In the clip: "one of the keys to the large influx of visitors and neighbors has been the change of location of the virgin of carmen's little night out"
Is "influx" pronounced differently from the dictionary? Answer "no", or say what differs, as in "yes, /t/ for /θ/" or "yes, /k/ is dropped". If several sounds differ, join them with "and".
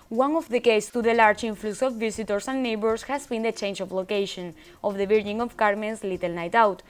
yes, /k/ is dropped